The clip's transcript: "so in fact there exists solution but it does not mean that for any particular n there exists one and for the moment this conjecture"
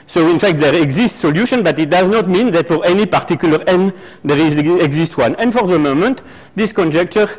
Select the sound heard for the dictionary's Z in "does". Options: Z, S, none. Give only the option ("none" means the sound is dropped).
Z